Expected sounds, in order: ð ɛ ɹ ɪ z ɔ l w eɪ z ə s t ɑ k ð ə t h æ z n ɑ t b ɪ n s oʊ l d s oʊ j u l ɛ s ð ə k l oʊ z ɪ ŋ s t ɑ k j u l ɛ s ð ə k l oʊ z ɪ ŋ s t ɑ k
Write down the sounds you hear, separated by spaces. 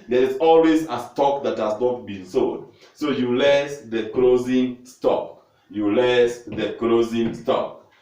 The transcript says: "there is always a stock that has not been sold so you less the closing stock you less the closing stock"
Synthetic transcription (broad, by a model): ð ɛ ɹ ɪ s ɔ l w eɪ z ə s t ɑ k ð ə t h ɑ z n ɑ t b ɪ n s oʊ d s oʊ j u l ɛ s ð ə k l oʊ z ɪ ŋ s t ɑ k j u l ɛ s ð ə k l oʊ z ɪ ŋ s t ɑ k